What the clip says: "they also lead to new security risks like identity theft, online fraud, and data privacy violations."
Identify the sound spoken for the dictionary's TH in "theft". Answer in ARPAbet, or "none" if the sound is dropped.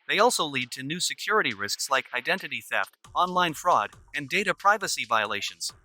TH